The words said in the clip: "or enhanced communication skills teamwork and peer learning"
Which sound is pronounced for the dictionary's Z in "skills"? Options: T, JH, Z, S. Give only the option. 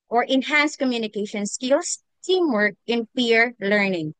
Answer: S